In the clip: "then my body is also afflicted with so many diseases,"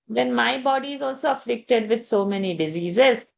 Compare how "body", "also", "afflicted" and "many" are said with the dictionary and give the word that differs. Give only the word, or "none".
none